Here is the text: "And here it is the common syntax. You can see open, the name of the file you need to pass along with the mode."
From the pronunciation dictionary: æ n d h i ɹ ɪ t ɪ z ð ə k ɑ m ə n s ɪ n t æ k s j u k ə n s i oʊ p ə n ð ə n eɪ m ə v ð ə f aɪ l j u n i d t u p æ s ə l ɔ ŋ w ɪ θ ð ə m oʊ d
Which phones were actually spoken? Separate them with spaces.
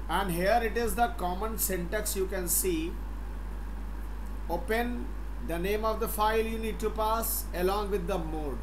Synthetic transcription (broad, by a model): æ n d h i ɹ ɪ t ɪ z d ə k ɑ m ə n s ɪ n t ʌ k s j u k ə n s i oʊ p ə n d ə n eɪ m ə v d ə f aɪ l j u n i d t u p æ s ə l ɔ ŋ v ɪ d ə m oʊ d